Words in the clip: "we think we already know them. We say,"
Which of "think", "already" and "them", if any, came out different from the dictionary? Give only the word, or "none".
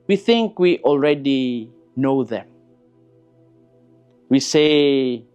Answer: none